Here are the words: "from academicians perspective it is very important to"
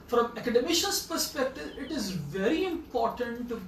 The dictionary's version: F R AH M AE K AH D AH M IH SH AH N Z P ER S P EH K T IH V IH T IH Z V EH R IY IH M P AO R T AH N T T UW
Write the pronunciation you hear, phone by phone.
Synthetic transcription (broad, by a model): F R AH M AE K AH D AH M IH SH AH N S P ER S P EH K T IH V IH T IH Z V EH R IY IH M P AO R T AH N T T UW